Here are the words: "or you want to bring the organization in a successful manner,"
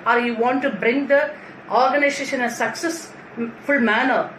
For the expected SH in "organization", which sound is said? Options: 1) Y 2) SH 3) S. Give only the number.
3